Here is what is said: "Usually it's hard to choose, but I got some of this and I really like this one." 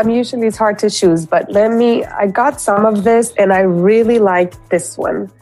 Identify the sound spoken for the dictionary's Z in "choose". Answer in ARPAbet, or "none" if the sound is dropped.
Z